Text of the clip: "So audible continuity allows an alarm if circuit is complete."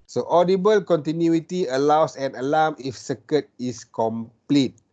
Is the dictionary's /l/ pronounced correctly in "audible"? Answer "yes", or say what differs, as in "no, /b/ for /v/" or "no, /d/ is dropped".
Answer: yes